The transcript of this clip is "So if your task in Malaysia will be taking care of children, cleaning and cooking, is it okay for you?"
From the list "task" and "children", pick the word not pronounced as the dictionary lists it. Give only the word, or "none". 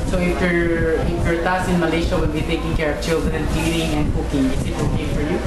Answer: task